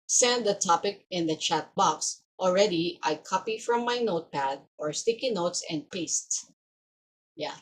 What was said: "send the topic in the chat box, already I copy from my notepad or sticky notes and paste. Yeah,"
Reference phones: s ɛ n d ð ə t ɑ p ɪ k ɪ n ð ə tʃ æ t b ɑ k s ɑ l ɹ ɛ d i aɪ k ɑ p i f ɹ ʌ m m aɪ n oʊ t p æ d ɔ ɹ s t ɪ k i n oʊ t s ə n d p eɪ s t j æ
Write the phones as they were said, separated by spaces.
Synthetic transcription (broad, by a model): s ɛ n d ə t ɑ p ɪ k ɪ n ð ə tʃ æ t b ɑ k s ɑ l ɹ ɛ d i aɪ k ɑ p i f ɹ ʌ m m aɪ n oʊ t p æ d ɔ ɹ s t ɪ k i n oʊ t s ə n d p eɪ s t j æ